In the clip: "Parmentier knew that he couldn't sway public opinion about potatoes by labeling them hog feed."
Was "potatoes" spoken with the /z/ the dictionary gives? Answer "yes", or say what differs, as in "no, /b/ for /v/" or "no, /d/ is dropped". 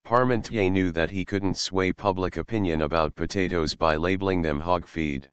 yes